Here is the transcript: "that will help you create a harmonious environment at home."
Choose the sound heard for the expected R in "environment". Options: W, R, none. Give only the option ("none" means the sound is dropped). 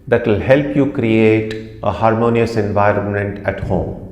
R